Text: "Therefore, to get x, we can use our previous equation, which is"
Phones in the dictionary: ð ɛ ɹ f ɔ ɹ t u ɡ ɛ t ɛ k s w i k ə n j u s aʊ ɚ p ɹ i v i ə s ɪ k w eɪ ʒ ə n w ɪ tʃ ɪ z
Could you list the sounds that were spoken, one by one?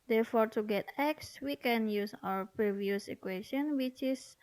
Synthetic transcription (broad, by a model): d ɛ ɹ f ɔ ɹ t u ɡ ɛ t ɛ k s w i k ə n j u s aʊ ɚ p ɹ i v i ə s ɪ k w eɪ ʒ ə n w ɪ tʃ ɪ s